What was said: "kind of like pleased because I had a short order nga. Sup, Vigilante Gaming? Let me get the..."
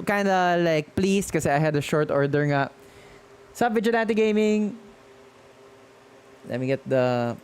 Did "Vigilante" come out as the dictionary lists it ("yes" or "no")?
no